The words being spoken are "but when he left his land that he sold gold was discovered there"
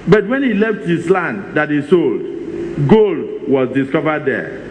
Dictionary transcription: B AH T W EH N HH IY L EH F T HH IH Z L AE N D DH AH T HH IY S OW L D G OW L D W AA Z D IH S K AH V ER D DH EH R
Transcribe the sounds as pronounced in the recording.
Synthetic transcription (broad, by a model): B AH T W EH N HH IY L EH F T HH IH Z L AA N D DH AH T HH IY S OW L D G OW L D W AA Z D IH S K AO V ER D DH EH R